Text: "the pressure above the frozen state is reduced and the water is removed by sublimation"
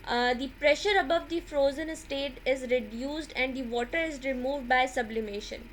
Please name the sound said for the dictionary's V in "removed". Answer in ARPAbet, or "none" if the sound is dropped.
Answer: V